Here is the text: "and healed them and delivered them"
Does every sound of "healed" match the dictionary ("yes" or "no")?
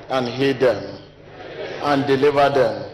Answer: no